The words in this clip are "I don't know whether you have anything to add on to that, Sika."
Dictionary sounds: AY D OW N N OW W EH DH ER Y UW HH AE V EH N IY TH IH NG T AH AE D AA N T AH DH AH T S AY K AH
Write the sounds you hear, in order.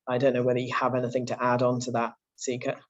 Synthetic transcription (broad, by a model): AY D OW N N OW W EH DH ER Y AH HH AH V EH N IY TH IH NG T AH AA D N T AH DH AH T S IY K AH